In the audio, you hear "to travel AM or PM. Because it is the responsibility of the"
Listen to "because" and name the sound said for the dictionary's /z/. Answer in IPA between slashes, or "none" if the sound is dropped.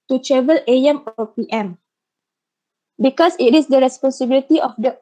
/s/